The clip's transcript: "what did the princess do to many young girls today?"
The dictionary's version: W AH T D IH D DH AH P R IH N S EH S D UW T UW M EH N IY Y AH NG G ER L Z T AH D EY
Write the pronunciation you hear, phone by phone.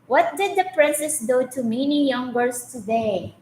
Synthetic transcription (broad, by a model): W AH T D IH D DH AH P R IH N S EH S D UW T UW M EH N IY Y AH NG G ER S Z T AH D EY